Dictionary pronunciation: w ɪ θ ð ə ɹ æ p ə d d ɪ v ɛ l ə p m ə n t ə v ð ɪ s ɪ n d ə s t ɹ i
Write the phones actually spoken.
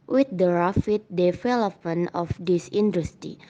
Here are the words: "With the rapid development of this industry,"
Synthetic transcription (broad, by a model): w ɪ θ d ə ɹ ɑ f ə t d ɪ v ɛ l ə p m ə n ə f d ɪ s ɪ n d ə s t ɹ i